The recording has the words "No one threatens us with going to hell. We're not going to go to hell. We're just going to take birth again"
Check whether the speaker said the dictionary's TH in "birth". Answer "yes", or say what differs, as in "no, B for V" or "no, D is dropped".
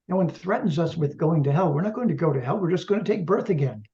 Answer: yes